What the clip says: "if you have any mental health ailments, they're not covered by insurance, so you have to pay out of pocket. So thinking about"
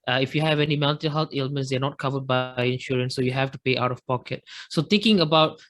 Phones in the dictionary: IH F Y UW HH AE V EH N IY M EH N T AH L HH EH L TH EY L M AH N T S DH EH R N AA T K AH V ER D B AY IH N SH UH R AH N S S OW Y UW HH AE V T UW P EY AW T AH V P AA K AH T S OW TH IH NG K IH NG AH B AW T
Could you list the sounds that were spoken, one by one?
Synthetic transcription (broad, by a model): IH F Y UW HH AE V EH N IY M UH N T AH HH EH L T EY L M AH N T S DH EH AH N AA T K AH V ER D B AY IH N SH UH R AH N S S OW Y UW HH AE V T UW P EY AW T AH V P AA K AH T S OW T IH NG K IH NG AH B AW T